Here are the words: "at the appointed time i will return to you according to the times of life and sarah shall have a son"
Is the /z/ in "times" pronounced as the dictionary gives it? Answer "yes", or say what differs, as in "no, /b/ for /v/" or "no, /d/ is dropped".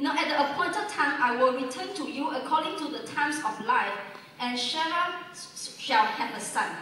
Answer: no, /s/ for /z/